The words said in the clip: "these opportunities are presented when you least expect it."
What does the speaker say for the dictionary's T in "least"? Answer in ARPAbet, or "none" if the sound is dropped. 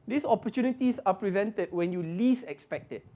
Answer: none